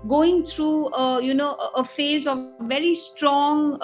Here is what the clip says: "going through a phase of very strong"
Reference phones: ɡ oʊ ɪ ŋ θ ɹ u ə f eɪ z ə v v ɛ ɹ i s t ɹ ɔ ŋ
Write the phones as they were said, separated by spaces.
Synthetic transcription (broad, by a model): ɡ oʊ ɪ ŋ t ɹ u ə f eɪ z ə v v ɛ ɹ i s t ɹ ɔ ŋ